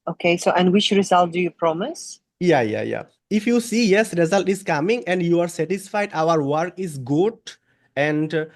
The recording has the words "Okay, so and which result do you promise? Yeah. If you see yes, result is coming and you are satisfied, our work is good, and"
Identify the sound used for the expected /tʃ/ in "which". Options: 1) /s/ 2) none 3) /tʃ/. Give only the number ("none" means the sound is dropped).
3